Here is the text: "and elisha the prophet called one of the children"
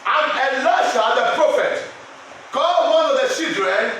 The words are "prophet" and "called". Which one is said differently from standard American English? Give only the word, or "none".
called